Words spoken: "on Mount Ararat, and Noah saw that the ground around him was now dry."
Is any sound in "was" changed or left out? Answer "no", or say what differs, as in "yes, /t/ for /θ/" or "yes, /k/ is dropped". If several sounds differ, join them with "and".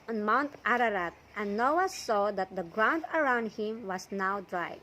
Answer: yes, /s/ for /z/